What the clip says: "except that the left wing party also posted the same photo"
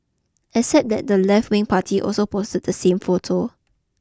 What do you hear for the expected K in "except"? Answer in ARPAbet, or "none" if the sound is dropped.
none